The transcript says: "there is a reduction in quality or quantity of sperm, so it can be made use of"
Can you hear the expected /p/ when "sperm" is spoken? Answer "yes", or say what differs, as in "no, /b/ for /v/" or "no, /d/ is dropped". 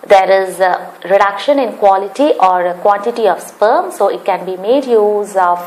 yes